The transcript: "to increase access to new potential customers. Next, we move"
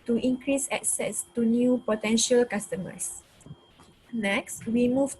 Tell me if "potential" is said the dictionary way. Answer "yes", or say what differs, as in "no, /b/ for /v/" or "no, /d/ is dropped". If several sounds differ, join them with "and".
yes